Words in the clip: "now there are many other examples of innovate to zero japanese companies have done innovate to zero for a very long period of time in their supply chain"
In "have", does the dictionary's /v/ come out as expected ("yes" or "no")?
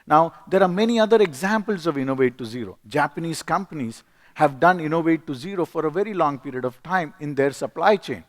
yes